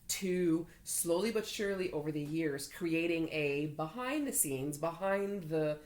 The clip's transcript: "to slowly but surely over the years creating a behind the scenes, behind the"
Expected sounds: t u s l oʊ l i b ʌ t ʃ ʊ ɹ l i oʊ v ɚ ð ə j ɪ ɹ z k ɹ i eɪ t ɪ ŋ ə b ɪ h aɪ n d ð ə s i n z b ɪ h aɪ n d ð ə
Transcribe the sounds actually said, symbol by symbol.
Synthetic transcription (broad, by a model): t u s l oʊ l i b ʌ t ʃ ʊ ɹ l i oʊ v ɚ ð ə j ɪ ɹ z k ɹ i eɪ t ɪ ŋ ə b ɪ h aɪ n ð ə s i n z b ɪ h aɪ n ð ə